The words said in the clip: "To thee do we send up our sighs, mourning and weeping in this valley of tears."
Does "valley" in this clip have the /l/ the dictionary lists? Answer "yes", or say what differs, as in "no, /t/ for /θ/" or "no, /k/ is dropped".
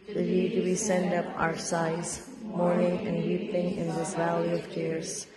yes